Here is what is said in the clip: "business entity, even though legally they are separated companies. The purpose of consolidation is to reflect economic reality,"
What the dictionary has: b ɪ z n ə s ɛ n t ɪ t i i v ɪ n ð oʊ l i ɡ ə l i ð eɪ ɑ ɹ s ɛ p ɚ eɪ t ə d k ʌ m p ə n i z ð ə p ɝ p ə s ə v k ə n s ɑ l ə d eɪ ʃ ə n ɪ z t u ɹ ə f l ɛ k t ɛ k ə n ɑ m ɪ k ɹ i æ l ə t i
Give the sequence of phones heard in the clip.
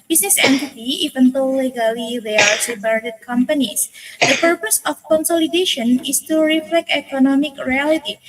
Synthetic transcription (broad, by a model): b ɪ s n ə s ɛ n t ɪ t i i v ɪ n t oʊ l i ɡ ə l i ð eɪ ɑ ɹ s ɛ b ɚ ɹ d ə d k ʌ m p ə n i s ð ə p ɝ p ə s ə f k ə n s ɑ l ə d eɪ ʃ ə n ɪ s t u ɹ ə f l ɛ k t ɛ k ə n ɑ m ɪ k ɹ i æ l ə t i